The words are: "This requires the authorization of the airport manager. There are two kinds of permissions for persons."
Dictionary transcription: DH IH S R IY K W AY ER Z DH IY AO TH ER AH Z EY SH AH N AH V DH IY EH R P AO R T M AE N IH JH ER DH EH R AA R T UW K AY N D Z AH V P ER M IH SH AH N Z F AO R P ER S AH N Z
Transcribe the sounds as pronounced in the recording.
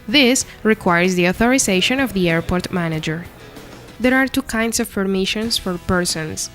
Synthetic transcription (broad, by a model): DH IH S R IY K W AY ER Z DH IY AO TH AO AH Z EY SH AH N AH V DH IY EH R P AO R T M AE N IH JH ER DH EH R AA R T UW K AY N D S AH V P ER M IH SH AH N S F AO R P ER S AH N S